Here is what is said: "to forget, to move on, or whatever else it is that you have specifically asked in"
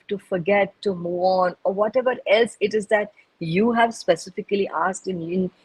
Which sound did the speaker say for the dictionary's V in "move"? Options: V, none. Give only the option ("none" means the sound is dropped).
none